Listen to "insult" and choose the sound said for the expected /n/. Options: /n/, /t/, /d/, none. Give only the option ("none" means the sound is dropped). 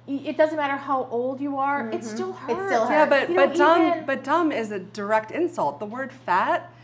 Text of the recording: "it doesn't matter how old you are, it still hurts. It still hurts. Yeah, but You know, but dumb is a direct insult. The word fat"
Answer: /n/